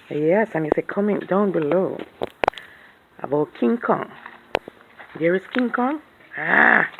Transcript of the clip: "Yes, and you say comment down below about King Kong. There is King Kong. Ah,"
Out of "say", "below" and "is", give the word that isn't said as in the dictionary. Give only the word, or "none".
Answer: is